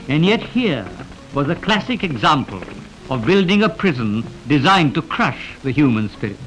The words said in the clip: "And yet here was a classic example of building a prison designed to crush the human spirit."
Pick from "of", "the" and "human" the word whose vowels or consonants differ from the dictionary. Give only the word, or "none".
none